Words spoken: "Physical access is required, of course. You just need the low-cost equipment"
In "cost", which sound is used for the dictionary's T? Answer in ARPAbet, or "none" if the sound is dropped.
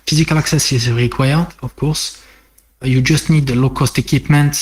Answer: T